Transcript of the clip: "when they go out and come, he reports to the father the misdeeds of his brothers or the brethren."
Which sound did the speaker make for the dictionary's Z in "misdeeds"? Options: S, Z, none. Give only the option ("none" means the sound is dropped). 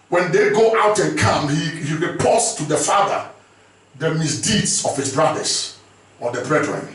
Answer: S